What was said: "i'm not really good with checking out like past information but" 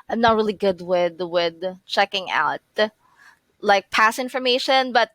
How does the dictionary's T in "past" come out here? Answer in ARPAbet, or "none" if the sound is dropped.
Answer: none